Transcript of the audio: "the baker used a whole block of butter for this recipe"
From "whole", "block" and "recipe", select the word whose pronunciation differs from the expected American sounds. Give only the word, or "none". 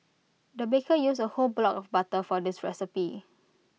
none